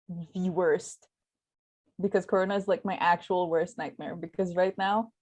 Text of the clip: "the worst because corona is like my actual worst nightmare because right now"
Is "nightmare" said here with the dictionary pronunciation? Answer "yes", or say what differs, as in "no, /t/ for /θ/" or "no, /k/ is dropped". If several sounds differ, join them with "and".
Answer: yes